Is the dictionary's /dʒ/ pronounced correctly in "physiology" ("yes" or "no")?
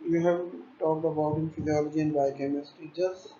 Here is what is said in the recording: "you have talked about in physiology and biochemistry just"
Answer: yes